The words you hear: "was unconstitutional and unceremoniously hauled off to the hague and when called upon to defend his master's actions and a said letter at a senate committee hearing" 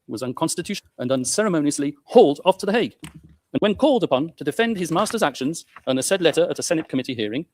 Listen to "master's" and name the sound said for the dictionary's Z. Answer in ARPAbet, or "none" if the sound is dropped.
Z